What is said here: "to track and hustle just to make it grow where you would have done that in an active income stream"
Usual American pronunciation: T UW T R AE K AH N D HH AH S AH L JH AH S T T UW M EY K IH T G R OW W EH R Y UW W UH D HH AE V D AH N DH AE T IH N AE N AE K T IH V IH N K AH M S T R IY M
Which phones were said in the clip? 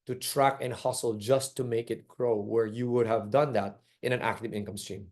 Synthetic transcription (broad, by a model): T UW T R AE K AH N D HH AH S AH L JH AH S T T UW M EY K IH T G R OW W EH R Y UW W UH D HH AE V D AH N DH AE T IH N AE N AE K T IH V IH N K AH M S T R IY M